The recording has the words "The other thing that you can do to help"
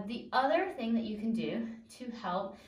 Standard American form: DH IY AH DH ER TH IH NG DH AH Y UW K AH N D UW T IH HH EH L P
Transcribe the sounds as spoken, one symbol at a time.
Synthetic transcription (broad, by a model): DH IY AH DH ER TH IH NG DH AH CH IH K AH N D UW T IH HH EH L P